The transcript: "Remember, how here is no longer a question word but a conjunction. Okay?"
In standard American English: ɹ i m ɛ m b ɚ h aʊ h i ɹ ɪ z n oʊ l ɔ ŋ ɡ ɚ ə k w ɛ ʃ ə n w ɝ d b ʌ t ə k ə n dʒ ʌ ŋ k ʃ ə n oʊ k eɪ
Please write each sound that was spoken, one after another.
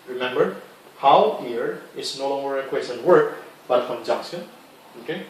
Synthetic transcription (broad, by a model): ɹ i m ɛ m b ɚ h aʊ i ɹ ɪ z n oʊ l ɔ ŋ ɡ ɚ ə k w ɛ s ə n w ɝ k b ʌ t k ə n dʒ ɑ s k ə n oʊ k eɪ